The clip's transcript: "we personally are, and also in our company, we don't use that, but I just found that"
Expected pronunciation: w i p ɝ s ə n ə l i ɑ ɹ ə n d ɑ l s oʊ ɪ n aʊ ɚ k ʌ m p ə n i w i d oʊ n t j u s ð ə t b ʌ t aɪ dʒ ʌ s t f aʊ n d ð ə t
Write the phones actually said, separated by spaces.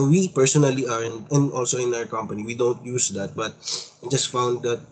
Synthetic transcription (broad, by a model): w i p ɝ s ə n ə l i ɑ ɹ ə n d ɑ l s oʊ ɪ n aʊ ɚ k ʌ m p ə n i w i d oʊ n t j u s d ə t b ʌ t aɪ dʒ ʌ s t f aʊ n d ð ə t